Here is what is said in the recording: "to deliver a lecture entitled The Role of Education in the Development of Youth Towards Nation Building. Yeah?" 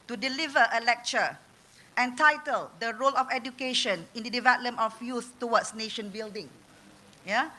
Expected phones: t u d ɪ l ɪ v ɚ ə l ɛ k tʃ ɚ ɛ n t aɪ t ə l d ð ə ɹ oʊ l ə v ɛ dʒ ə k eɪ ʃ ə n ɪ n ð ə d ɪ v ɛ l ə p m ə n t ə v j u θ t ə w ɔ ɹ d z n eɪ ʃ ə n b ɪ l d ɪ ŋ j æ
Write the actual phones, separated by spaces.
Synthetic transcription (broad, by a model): t u d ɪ l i v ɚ ə l ɛ k tʃ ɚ ɛ n t aɪ t ə l d ə ɹ oʊ l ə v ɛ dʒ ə k eɪ ʃ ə n ɪ n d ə d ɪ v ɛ l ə m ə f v j u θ t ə w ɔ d s n eɪ ʃ ə n b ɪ l d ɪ ŋ j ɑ